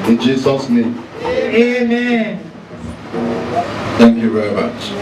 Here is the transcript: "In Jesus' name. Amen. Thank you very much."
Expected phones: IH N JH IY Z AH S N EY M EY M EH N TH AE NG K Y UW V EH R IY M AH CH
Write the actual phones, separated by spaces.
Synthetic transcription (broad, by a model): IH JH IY S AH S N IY EY M EH N TH AE NG K Y UW V EH R IY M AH CH